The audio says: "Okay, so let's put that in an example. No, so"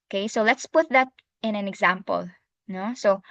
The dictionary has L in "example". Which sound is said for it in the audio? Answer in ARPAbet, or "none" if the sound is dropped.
L